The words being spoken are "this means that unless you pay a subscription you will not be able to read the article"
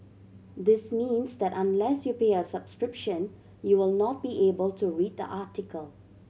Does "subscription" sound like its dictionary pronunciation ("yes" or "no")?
yes